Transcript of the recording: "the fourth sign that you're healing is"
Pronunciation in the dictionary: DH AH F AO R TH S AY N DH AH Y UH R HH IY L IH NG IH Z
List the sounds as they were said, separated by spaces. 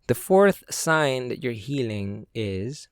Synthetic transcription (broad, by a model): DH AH F AO R TH S AY N DH AH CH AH R HH IY L IH NG IH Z